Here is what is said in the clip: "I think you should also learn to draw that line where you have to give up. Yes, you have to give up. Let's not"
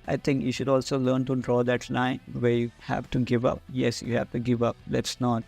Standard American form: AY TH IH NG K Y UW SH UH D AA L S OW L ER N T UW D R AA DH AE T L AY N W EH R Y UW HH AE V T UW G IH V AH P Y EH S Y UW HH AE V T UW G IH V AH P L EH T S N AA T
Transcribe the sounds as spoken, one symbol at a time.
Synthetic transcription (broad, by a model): AY T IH NG K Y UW SH UH D AA L S OW L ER N T UW D R AA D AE T L AY N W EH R Y UW HH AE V T UW G IH V AH P Y EH S Y UW HH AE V T UW G IH V AH P L EH T S N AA T